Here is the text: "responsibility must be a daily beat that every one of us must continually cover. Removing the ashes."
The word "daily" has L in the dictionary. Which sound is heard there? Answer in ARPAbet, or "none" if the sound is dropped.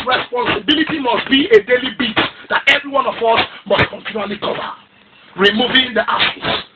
L